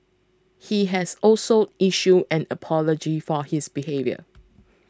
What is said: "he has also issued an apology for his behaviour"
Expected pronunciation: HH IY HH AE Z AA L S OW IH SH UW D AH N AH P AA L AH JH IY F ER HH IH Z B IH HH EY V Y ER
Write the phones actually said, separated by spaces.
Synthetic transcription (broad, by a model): HH IY HH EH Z AA L S OW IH SH UW AH N AH P AA L AH JH IY F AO HH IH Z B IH HH EY V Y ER